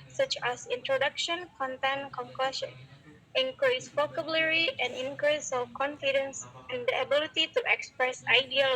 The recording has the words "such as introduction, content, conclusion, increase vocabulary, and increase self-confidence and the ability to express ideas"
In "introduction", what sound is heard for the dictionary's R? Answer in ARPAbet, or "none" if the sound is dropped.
R